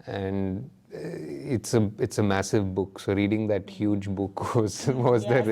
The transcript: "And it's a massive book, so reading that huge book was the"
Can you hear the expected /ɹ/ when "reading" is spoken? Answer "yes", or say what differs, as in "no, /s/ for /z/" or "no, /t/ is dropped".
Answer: yes